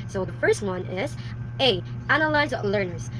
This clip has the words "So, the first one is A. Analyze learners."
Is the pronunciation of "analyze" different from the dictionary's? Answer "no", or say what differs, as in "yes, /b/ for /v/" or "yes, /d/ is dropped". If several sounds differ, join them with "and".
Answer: no